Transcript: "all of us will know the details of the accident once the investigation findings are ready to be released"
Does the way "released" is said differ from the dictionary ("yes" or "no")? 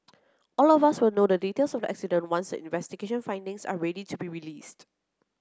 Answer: no